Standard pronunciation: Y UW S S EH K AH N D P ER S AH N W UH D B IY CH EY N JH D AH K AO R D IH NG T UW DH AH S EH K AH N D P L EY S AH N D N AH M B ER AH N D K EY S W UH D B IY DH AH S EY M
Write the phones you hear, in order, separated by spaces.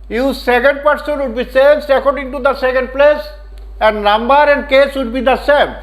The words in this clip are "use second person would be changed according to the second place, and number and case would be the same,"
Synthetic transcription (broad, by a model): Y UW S S EH K AH N D P ER S AH N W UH D B IY S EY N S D AH K AO R D IH NG T UW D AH S EH K AH N D P L EY S AH N D N AH M B ER AH N D K EY S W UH D B IY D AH S EY M